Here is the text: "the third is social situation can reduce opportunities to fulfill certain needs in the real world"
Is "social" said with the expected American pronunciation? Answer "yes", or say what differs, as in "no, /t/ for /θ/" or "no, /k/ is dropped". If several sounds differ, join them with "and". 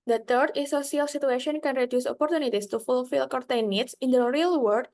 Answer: no, /s/ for /ʃ/